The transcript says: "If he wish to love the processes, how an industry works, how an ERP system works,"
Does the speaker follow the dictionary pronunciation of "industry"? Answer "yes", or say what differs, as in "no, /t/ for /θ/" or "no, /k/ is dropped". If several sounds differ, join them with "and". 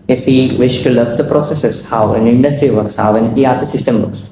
no, /ɹ/ is dropped